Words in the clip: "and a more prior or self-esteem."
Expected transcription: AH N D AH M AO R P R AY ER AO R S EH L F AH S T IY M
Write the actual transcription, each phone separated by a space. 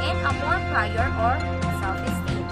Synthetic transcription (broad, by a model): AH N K AH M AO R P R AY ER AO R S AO F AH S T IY